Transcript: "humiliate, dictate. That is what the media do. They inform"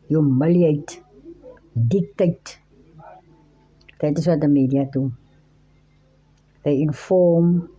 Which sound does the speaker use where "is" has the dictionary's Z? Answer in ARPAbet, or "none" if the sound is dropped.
S